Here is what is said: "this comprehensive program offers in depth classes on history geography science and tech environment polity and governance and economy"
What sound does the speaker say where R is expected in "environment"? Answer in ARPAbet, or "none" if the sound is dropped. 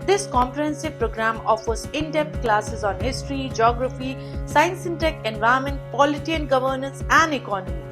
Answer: none